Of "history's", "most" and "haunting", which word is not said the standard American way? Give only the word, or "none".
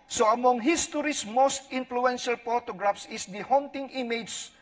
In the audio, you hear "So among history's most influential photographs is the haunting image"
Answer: history's